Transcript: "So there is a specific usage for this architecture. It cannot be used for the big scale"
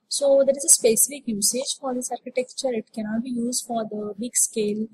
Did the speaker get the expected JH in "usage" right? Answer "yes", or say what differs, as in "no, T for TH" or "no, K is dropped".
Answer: yes